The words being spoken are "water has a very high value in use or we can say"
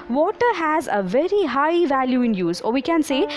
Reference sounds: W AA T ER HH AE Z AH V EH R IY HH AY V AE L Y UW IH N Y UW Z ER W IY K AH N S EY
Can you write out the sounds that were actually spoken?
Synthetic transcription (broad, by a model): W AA T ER HH AE Z AH V EH R IY HH AY V AE L Y UW IH N Y UW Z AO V IY K AH N S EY